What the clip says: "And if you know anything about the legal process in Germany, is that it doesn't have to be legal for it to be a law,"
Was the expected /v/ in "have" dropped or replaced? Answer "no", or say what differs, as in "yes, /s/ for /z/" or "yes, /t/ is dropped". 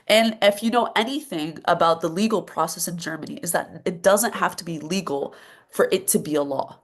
yes, /f/ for /v/